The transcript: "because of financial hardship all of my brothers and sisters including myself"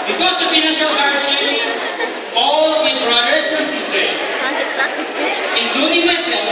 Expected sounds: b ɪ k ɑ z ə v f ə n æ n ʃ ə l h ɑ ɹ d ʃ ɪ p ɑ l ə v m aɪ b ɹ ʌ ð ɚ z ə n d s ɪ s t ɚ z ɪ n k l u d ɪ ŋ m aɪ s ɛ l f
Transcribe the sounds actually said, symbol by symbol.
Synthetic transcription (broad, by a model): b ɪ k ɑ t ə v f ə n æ ʃ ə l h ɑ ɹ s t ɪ ɑ l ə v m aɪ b ɹ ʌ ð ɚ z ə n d s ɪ s t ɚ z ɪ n k l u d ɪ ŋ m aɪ s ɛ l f